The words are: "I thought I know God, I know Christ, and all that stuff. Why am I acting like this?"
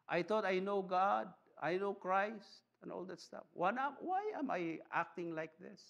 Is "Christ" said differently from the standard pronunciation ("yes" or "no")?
no